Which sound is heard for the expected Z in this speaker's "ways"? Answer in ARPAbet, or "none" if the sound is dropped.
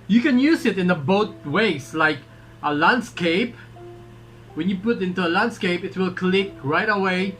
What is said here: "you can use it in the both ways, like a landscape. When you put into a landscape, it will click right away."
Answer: S